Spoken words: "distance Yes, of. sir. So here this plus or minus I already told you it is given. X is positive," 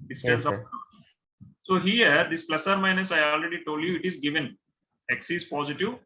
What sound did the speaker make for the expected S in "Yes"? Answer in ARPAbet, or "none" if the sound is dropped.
none